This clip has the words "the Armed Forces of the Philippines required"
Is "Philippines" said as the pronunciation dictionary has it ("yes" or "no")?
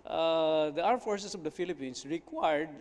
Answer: no